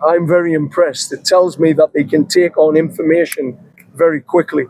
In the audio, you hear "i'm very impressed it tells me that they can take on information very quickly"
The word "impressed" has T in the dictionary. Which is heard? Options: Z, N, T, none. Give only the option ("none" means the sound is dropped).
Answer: T